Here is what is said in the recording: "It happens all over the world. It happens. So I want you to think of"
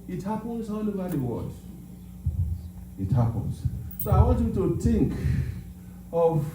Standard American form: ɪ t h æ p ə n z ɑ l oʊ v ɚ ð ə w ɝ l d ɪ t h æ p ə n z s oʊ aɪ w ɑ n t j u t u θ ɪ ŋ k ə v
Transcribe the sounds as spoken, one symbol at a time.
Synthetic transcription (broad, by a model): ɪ t h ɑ p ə n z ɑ n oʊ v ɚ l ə w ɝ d ɪ t h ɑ p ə n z s oʊ aɪ w ɑ n t j u t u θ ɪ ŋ k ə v